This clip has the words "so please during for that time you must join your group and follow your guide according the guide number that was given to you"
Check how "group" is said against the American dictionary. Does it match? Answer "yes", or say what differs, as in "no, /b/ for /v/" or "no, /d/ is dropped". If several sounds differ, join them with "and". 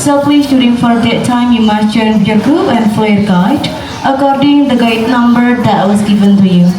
no, /ɹ/ is dropped